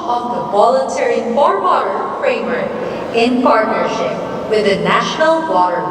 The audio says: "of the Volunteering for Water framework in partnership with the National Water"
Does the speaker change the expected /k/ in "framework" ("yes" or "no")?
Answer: yes